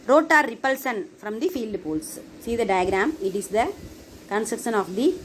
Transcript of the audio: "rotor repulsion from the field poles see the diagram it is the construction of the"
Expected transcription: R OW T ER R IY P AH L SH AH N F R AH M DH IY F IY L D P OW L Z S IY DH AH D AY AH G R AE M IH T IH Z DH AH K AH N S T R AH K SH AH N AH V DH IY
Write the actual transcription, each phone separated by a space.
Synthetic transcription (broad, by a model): R OW T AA R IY P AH L S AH N F R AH M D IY F IY L D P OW L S S IY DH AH D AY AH G R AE M IH T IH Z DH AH K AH N S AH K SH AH N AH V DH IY